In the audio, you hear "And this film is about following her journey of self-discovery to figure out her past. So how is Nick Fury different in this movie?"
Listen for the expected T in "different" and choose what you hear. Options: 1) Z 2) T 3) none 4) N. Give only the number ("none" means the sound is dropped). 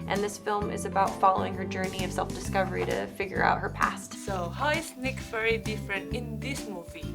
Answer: 2